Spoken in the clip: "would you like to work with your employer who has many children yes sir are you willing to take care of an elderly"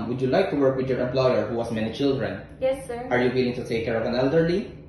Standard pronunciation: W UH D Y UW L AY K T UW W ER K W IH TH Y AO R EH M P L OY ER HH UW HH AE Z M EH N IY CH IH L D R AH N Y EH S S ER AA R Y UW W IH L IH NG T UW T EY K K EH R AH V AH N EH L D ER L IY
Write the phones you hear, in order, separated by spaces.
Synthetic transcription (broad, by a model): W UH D Y UW L AY K T UW W ER K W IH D Y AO R EH M P L OY ER HH UW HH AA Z M EH N IY CH IH L D R AH N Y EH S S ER AA R Y UW W IH L IH NG T UW T EY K K EH R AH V AH N EH L D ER L IY